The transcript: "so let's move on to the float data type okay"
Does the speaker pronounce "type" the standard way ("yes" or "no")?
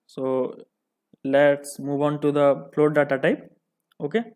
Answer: yes